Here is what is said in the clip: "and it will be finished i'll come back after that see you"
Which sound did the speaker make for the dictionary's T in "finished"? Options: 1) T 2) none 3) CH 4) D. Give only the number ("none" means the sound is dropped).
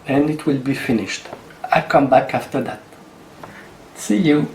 1